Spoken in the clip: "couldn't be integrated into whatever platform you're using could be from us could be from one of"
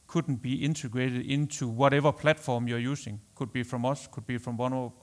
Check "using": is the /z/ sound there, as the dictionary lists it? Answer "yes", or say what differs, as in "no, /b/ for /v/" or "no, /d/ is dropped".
no, /s/ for /z/